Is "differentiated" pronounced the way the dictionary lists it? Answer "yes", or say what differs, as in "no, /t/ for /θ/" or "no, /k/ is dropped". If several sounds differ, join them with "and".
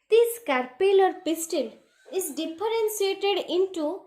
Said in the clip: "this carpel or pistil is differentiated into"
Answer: no, /s/ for /ʃ/